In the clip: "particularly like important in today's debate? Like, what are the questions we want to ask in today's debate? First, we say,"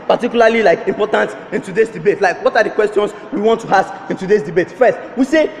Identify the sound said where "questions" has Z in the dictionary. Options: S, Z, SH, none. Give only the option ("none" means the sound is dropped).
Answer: S